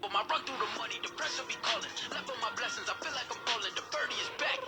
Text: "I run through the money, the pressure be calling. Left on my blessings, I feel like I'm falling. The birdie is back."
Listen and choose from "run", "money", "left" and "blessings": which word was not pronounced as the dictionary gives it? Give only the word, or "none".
left